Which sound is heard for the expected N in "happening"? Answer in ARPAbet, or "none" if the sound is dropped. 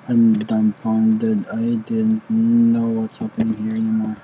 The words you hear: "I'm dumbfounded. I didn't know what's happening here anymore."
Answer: none